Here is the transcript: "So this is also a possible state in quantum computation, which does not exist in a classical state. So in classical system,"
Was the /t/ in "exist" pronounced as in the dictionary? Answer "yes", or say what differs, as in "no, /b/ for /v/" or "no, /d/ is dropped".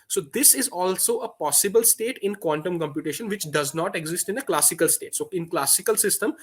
yes